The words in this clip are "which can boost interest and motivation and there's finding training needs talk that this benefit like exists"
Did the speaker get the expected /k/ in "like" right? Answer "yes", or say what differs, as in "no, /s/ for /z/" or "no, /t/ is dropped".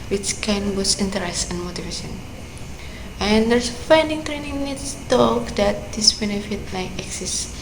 no, /k/ is dropped